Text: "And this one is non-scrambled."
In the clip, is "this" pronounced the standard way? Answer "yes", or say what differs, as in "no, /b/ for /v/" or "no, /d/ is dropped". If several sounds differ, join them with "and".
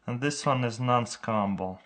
yes